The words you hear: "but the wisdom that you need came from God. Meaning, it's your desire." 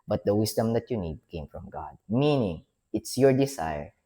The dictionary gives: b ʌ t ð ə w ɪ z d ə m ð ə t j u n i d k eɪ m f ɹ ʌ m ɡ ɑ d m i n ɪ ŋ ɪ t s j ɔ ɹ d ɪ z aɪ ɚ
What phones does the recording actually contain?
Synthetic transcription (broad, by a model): b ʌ t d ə w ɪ s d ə m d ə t j u n i d k eɪ m f ɹ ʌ m ɡ ɑ d m i n ɪ ŋ ɪ t s j ɔ ɹ d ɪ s aɪ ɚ